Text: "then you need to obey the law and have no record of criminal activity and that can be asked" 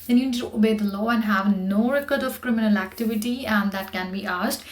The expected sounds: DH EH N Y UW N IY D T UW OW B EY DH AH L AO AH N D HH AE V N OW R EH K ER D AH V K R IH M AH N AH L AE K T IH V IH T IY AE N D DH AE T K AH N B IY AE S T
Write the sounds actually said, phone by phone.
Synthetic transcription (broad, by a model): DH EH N Y UW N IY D T UW OW B EY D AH L AO AH N D HH AE V N OW R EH K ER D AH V K R IH M AH N AH L AE K T IH V IH T IY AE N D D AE T K AH N B IY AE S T